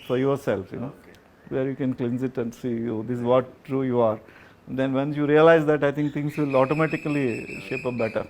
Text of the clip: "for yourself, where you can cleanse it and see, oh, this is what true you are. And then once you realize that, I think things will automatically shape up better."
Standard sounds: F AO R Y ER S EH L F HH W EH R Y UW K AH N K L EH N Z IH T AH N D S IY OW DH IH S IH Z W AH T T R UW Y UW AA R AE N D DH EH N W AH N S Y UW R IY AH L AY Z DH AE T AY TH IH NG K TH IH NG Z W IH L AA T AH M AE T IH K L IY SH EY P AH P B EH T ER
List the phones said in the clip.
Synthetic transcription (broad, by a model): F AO R Y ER S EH L F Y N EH R Y UW K AH N K L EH N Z IH T AH N D S IY OW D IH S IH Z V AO T T R UW Y UW AA R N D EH N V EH N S Y UW R IY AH L AY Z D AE T AY T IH NG K T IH NG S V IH L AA T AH M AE T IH K L IY SH EY P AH B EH T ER